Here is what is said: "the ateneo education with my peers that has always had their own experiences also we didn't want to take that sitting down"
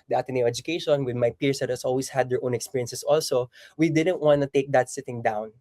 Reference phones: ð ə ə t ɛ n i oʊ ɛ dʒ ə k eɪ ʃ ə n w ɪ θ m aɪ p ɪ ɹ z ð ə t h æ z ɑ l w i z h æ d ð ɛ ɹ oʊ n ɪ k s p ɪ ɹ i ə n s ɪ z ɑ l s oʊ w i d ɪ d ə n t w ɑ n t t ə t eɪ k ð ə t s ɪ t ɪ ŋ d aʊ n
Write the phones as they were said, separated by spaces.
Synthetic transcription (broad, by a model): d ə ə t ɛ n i ɛ dʒ ə k eɪ ʃ ə n w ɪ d m aɪ p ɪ ɹ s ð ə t h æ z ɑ l w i s h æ d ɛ ɹ oʊ n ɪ k s p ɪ ɹ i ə n s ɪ s ɑ l s oʊ w i d ɪ d ə n t w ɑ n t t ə t eɪ k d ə t s ɪ t ɪ ŋ d aʊ n